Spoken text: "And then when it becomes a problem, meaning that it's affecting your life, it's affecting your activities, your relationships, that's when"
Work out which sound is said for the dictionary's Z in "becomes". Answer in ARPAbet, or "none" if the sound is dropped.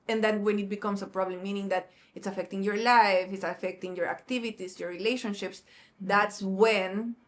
S